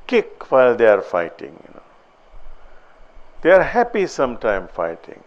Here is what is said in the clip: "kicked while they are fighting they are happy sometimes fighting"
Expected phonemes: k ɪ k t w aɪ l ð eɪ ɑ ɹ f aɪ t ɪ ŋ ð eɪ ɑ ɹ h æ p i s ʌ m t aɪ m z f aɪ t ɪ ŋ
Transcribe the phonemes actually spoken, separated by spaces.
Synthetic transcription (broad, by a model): k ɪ k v aɪ l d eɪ ɑ ɹ f aɪ t ɪ ŋ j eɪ ɑ ɹ h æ p i s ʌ m t aɪ m f aɪ t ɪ ŋ